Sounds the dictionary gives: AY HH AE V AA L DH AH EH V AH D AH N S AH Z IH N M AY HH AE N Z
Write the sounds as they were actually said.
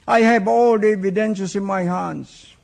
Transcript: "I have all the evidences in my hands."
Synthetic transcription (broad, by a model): AY HH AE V AA L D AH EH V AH D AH N SH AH S IH N M AY HH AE N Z